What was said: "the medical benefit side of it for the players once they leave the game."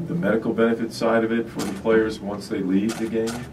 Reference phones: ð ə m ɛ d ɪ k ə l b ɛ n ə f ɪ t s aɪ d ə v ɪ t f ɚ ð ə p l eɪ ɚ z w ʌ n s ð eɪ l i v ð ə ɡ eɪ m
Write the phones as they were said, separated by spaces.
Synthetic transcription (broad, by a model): ð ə m ɛ d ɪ k l b ɛ n ə f ɪ t s aɪ d ə v ɪ t f ɚ ð ə p l eɪ ɚ z w ʌ n s ð eɪ l i v ð ə ɡ eɪ m